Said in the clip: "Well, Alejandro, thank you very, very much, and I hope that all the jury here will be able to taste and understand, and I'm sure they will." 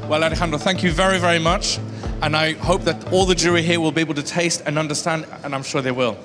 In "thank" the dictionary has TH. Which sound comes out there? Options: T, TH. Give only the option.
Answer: TH